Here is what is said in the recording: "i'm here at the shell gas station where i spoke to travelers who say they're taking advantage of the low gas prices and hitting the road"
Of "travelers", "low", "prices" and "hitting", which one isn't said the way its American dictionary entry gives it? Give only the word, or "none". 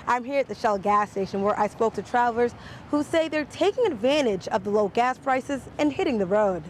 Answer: travelers